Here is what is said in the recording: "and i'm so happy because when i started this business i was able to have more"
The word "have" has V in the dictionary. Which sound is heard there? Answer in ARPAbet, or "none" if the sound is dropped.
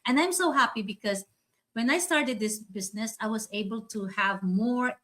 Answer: V